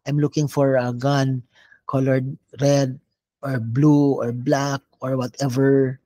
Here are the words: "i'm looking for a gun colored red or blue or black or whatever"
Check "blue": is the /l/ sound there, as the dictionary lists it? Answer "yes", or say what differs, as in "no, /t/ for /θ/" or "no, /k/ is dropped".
yes